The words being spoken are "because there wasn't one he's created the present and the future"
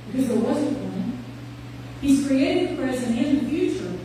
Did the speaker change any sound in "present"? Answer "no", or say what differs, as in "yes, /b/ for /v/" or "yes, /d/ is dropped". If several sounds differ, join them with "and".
yes, /t/ is dropped